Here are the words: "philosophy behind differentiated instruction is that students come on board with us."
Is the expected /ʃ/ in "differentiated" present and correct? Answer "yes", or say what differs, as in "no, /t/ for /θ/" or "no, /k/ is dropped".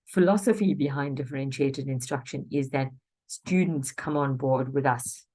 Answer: yes